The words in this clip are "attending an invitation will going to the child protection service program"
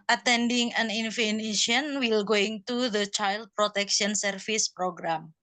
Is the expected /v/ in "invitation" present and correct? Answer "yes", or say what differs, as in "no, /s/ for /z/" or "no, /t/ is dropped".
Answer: no, /f/ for /v/